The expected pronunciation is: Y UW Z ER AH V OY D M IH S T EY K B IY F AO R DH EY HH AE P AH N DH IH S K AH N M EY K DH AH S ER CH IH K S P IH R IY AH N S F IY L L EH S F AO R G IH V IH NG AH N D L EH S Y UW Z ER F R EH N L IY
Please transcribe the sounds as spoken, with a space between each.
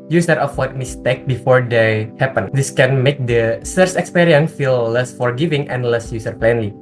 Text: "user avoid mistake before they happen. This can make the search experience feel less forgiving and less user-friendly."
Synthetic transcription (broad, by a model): Y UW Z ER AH W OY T M IH S T EY K B IY F AO R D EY HH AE P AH N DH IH S K AH N M EY K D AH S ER S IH K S P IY R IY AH N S F IY L L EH S F AO R G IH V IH NG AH N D L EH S Y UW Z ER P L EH N L IY